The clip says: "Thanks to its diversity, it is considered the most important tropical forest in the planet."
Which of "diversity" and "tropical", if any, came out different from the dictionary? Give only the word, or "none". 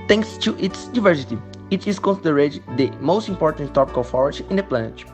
tropical